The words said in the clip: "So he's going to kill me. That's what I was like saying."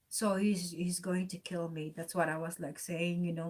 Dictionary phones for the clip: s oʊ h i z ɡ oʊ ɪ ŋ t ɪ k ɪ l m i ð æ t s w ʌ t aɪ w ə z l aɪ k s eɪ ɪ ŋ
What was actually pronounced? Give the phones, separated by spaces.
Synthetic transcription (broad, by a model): s oʊ h i z ɡ oʊ ɪ ŋ t ɪ k ɪ l m i ð æ t s w ʌ t aɪ w ə z l aɪ k s eɪ ɪ ŋ